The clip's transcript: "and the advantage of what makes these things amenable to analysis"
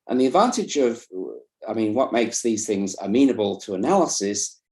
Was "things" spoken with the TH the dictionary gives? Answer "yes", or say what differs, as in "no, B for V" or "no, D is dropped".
yes